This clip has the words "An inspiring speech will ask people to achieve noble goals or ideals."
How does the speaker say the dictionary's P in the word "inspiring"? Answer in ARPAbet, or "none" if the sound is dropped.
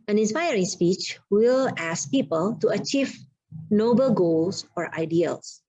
P